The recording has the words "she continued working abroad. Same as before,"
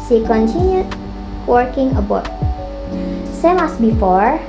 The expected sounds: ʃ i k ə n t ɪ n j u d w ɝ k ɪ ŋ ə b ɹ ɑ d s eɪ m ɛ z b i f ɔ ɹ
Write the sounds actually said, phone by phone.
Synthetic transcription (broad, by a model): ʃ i k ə n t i n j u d w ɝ k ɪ ŋ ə b ɑ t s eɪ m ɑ s b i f ɔ ɹ